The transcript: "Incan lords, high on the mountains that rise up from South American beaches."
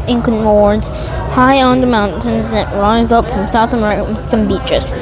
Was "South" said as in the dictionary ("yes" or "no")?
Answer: yes